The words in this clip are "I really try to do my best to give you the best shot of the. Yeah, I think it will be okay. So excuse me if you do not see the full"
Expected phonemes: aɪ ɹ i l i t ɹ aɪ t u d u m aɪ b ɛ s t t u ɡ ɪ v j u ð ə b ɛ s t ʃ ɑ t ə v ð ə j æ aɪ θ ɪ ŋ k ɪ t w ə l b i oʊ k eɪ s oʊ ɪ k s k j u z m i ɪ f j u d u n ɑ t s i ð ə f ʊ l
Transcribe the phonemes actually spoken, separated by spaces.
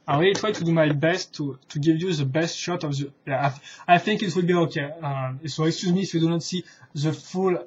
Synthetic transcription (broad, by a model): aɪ w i i t ɹ aɪ t u d u m aɪ b ɛ s t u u ɡ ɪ v j u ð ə b ɛ s t ʃ ɑ t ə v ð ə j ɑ aɪ θ ɪ ŋ k ɪ t w ə l b i oʊ k eɪ s oʊ ɪ k s k j u z m i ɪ f j u d u n ɑ t s i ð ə f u l